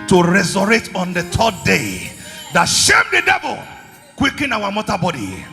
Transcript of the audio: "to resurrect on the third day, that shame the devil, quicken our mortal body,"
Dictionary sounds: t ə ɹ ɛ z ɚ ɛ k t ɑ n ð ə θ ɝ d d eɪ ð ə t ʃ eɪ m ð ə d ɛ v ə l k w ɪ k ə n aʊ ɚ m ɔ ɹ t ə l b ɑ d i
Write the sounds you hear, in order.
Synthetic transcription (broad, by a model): t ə ɹ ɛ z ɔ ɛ t ɑ n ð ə t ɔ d d eɪ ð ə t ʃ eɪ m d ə d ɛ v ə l k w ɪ k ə n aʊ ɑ m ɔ t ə b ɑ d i